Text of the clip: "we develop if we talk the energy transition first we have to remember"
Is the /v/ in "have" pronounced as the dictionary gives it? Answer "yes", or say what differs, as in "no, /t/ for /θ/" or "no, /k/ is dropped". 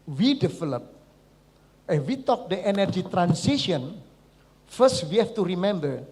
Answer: no, /f/ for /v/